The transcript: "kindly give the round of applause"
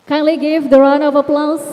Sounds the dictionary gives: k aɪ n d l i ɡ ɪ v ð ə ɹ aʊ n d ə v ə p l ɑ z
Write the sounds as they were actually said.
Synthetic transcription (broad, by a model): k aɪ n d l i ɡ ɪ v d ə ɹ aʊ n ə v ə p l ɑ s